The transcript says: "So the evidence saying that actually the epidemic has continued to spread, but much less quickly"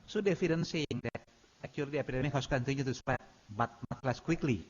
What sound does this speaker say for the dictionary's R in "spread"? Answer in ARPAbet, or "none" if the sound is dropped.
none